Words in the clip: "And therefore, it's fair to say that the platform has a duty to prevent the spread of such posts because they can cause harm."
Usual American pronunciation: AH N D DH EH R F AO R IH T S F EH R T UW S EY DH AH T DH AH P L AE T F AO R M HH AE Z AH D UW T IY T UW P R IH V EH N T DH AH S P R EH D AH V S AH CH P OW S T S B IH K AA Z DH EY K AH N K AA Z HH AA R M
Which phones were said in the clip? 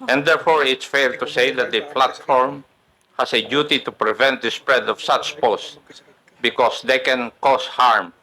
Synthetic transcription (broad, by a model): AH N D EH R F AO R IH T S F EH R T UW S EY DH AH T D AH P L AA T F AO R M HH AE S AH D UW T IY T UW P R IH V EH N T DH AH S P R EH D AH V S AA CH P OW S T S B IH K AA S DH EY K AH N K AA S HH AA R M